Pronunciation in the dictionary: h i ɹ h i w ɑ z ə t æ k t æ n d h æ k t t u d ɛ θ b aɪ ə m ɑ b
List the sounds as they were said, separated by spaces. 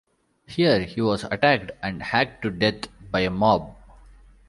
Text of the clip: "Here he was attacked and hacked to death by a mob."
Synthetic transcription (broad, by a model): h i ɹ h i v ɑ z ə t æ k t æ n d h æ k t t u d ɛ t b aɪ ə m ɑ b